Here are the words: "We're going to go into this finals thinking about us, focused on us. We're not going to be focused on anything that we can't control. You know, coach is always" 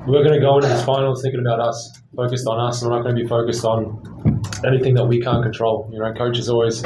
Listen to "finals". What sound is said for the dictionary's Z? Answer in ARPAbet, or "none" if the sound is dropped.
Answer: none